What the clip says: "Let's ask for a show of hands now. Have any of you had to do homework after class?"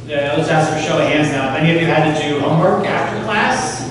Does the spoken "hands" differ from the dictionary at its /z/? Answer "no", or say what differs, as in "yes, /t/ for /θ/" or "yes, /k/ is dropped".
no